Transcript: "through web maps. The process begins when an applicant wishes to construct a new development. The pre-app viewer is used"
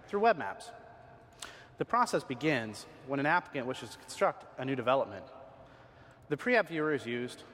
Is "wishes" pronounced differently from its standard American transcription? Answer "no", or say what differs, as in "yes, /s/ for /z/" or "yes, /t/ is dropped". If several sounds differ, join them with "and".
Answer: no